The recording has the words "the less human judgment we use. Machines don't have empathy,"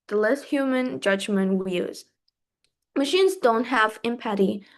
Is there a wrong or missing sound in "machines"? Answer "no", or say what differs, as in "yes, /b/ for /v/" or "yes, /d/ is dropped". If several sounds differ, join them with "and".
no